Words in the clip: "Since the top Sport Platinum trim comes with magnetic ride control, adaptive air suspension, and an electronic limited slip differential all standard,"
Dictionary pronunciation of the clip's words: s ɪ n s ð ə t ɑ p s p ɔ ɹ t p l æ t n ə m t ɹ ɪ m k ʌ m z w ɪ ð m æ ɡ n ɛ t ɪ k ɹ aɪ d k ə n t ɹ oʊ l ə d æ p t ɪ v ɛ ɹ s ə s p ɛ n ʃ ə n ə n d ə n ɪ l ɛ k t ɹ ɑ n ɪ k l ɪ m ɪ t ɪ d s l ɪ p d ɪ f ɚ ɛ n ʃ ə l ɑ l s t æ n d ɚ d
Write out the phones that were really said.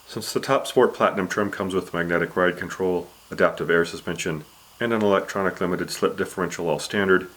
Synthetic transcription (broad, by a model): s ɪ n s ð ə t ɑ p s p ɔ ɹ t p l æ t n ə m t ɹ m k ʌ m z w ɪ ð m æ ɡ n ɛ t ɪ k ɹ aɪ d k ə n t ɹ oʊ l ə d æ p t ɪ v ɛ ɹ s ə s p ɛ n ʃ ə n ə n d ə n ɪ l ɛ k t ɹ ɑ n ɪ k l ɪ m ɪ t ɪ d s l ɪ p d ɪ f ɚ ɛ n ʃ l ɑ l s t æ n d ɚ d